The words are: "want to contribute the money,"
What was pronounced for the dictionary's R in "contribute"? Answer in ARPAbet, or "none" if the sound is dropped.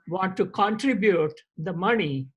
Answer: R